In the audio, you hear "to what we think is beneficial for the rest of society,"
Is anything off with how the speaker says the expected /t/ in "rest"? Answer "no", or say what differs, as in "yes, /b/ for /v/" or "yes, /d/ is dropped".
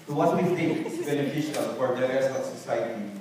yes, /t/ is dropped